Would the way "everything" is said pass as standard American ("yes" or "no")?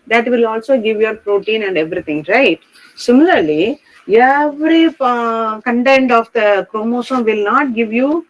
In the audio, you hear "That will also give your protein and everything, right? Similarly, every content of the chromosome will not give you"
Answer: no